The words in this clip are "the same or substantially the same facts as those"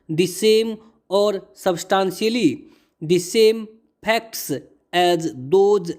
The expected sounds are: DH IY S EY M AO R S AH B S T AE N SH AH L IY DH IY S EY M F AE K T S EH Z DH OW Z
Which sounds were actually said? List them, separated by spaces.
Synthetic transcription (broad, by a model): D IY S EY M AO R S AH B S T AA N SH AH L IY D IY S EY M P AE K T S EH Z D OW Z